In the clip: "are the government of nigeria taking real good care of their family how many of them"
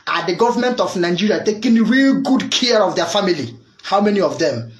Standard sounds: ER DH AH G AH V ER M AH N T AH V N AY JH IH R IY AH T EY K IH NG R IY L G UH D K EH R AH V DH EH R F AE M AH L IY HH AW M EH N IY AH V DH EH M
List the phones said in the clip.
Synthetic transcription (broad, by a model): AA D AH G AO V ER M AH N T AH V N AY JH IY R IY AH T EY K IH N R IY L G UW D K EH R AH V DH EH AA F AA M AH L IY HH AW M EH N IY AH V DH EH M